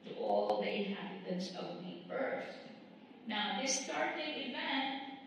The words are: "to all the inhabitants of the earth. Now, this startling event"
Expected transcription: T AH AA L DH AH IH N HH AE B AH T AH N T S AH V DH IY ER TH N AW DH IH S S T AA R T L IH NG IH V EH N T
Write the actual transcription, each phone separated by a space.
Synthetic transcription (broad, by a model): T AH AA L DH AH IH HH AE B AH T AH N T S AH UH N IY ER S N AW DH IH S S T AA R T IH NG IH V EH N T